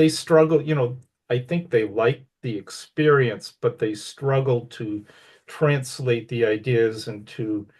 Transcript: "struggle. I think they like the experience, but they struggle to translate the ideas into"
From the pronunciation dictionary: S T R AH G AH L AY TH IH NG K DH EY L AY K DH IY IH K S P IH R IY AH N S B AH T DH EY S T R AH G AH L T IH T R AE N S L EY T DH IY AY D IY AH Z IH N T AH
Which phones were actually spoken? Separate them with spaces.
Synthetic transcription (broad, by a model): S T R AH G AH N AY TH IH NG K DH EY L AY K DH IY IH K S P IH R IY AH N S B AH T DH EY S T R AH G L T IH T R AE N S L EY T DH IY AY D IY AH Z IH N T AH